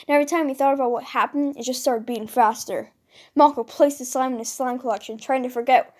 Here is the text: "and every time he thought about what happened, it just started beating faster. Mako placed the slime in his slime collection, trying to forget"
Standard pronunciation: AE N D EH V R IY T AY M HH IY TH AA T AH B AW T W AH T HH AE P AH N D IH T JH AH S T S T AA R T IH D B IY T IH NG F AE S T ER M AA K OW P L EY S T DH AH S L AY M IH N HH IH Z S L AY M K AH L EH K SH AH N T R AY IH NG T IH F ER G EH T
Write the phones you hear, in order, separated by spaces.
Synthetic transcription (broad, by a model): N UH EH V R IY T AY M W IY TH AA T AH B AW T W AH T HH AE P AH N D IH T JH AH S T S T AA R T IH D B IY IH NG F AE S T ER M AA K OW P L EY S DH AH S AY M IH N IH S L AY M K AH L EH K SH AH N T R AY IH NG T IH F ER G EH T